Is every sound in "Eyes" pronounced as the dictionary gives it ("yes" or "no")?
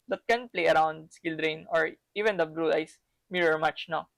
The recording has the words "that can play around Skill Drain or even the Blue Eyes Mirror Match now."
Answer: no